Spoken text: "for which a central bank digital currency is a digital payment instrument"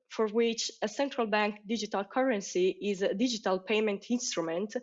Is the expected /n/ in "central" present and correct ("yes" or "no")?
yes